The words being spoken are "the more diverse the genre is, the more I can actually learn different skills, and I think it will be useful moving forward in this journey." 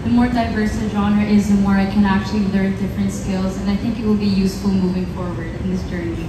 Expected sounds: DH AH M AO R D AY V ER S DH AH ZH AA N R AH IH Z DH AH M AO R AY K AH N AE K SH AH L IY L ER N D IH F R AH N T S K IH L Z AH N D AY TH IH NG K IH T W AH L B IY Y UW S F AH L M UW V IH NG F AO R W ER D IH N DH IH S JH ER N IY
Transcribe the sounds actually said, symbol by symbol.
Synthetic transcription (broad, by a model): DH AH M AO R D AY V ER S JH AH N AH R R IH Z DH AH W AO R AY K AH N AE K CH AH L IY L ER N D IH F R AH N T S K IH L Z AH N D AY TH IH NG K IH T W AH L B IY Y UW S F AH L M UW V IH NG F AO R W ER D IH N DH IH S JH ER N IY